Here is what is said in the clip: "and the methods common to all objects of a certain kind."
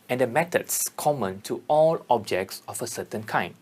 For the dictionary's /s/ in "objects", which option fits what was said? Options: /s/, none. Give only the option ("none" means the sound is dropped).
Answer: /s/